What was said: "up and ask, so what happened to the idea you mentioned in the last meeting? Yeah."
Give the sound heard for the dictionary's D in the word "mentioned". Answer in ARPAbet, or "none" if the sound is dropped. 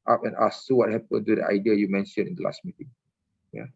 none